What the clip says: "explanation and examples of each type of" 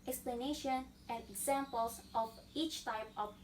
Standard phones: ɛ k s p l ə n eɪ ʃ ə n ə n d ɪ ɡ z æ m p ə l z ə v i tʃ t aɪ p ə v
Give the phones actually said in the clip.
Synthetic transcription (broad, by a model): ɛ k s p l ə n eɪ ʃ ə n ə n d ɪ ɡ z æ m p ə l s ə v i tʃ t aɪ p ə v